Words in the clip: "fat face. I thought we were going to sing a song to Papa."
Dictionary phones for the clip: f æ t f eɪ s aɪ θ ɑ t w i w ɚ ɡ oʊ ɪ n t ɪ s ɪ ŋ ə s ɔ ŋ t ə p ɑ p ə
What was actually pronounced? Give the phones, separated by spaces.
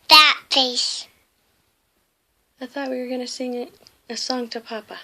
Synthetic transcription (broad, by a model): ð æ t p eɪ s aɪ θ ɑ t w i w ɚ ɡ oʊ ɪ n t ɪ s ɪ ŋ ə s ɔ ŋ t ə p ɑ p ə